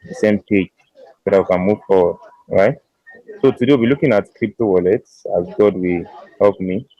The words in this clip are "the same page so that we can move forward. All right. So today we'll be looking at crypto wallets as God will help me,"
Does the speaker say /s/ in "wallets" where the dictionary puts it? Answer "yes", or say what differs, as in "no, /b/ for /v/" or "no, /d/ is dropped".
yes